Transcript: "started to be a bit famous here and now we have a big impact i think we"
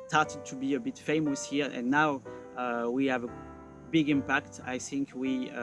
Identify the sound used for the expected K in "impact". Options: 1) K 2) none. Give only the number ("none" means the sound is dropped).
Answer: 1